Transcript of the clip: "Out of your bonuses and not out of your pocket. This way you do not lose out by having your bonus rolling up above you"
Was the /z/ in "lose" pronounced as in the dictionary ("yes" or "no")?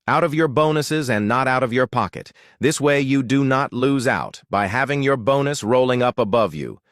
yes